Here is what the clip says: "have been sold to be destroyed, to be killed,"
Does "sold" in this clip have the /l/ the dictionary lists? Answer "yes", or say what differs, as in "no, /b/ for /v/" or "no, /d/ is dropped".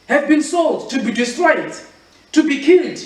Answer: yes